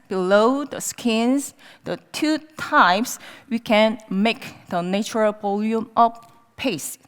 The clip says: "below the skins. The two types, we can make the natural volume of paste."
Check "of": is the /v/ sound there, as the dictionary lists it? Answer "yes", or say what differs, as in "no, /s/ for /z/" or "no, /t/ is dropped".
no, /f/ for /v/